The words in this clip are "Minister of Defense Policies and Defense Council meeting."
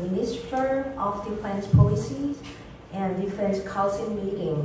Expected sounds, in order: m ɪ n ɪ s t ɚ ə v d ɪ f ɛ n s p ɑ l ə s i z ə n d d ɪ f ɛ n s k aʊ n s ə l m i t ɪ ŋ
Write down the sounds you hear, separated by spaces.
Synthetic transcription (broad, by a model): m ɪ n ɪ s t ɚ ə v d ɪ f ɛ n s p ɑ l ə s i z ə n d d ɪ f ɛ n s k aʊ l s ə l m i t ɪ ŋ